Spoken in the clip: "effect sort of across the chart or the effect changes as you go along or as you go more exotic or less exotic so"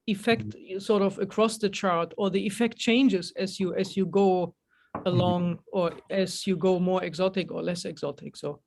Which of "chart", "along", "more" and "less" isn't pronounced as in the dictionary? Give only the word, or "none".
none